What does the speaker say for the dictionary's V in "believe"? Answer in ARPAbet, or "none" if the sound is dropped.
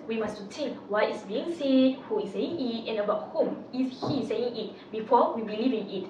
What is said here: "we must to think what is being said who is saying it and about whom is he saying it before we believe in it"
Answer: V